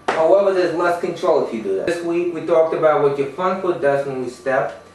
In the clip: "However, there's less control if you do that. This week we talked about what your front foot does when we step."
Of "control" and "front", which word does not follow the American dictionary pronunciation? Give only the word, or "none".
front